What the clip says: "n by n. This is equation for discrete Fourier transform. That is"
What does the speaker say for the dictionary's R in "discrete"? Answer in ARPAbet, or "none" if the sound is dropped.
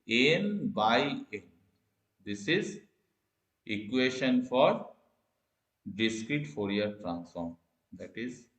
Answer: R